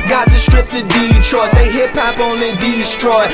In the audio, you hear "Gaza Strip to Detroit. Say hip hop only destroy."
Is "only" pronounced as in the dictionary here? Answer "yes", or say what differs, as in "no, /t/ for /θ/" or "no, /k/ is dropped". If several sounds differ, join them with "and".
no, /l/ is dropped